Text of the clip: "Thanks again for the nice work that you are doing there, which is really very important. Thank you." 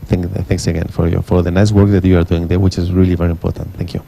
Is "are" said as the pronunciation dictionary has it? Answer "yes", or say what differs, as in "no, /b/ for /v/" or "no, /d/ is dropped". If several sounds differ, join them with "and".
yes